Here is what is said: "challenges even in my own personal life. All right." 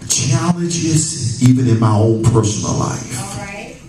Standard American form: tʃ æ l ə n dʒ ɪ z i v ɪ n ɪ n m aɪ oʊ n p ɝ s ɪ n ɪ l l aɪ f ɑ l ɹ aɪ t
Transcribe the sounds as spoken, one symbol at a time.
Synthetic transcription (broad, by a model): tʃ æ l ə n dʒ ɪ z i v ɪ n ɪ n m aɪ oʊ l p ɝ s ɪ n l l aɪ f